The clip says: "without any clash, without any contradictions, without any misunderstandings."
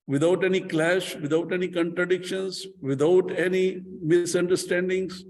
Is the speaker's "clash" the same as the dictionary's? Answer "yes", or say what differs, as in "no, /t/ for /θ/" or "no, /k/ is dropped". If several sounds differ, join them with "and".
yes